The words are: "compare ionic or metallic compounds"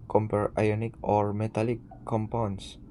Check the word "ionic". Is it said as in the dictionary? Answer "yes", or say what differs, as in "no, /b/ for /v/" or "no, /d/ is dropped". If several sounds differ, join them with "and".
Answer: yes